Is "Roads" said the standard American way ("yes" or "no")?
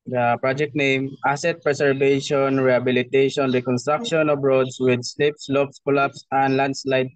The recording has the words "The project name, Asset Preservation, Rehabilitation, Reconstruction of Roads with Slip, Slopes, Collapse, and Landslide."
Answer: no